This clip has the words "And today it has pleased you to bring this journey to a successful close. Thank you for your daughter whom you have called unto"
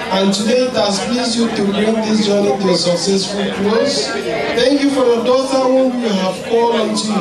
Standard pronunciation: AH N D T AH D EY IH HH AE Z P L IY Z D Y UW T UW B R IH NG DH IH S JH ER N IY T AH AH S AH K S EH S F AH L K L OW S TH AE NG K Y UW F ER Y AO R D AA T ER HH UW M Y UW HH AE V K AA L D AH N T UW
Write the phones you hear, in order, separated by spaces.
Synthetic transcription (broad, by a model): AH N T AH D EY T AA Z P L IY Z Y UW T UW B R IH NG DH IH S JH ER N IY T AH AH S AH K S EH S F AH L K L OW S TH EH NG K Y UW F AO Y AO D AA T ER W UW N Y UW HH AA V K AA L AH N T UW